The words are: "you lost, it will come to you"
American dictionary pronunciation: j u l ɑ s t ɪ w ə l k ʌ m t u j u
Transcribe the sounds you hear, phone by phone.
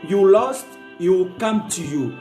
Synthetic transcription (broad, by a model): j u l ɑ s t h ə w k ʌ m t u j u